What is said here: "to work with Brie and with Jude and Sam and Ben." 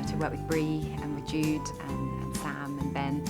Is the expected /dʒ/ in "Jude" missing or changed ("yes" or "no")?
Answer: no